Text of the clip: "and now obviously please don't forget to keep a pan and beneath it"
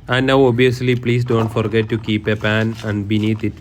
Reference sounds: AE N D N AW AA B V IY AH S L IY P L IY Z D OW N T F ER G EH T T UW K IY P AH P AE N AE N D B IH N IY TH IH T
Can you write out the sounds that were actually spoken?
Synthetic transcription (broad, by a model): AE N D N AW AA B IY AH S L IY P L IY S D OW N T F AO G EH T T UW K IY P AH P AE N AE N D B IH N IY T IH T